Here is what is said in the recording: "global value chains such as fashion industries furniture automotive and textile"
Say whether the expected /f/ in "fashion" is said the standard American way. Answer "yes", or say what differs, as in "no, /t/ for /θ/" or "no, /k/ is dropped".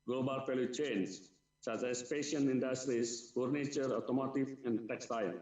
no, /p/ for /f/